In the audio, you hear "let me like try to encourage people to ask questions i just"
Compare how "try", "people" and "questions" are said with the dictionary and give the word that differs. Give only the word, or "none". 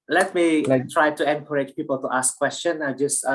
questions